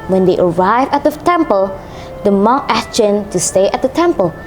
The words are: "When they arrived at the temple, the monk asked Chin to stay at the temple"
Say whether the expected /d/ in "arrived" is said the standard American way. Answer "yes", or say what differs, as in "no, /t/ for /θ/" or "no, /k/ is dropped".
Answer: no, /d/ is dropped